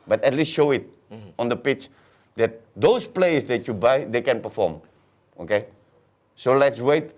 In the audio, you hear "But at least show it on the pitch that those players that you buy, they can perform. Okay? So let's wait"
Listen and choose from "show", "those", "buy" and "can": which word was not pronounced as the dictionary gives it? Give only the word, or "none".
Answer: those